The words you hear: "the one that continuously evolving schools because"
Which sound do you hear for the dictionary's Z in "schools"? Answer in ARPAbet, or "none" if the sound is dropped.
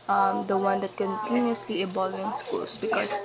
S